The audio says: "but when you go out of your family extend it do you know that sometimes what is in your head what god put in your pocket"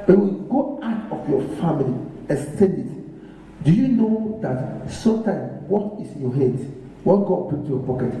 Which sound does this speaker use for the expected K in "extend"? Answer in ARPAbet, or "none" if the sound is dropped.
none